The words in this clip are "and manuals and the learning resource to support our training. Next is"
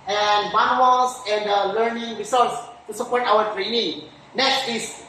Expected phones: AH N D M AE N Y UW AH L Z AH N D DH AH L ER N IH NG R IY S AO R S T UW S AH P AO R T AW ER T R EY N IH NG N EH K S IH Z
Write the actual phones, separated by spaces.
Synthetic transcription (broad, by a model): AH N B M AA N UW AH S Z AH N D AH L ER N IH NG R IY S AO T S T UW S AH P AO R T AW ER T R EY N IH NG N EH K S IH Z